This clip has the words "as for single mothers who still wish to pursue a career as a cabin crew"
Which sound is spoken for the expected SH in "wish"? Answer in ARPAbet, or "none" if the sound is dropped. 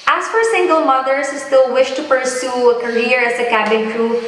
SH